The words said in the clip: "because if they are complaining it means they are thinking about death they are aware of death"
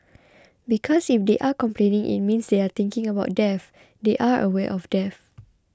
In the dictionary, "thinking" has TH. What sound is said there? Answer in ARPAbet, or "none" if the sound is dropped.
T